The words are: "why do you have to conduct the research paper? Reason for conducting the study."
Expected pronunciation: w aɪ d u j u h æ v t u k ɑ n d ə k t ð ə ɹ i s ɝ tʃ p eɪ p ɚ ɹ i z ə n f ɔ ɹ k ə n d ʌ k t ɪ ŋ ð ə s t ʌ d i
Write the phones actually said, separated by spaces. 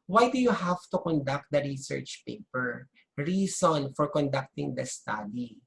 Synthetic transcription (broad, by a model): w aɪ d u j u h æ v t u k ɑ n d ə k t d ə ɹ i s ɝ tʃ p eɪ p ɚ ɹ i s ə n f ɔ ɹ k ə n d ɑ k t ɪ ŋ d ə s t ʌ d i